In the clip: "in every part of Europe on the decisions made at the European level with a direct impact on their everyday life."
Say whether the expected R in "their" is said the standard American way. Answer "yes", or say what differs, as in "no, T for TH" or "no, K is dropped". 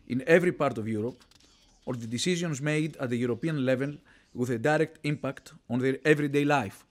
yes